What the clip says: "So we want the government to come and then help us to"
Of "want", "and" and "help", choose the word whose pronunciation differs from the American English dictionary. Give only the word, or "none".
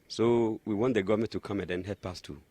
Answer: help